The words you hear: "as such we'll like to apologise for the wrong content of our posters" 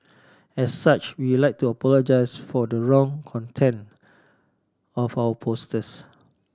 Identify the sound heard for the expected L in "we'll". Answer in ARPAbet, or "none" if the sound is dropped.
W